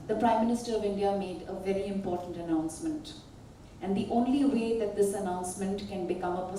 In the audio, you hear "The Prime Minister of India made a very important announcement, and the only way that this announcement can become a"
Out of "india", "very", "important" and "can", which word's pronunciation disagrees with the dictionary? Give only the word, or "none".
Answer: none